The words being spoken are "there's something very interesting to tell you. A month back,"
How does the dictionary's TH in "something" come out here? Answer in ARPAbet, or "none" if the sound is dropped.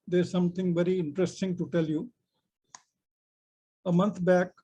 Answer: T